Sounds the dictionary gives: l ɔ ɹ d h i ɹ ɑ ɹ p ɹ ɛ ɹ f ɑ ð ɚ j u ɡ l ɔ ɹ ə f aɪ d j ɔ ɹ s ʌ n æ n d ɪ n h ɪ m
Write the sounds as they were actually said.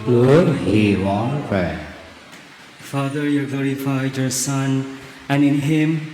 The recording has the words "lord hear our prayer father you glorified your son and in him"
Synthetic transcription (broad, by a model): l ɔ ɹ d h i w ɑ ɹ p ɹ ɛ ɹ f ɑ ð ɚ j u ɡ l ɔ ɹ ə f aɪ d j ɔ ɹ s ʌ n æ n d ɪ n h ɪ m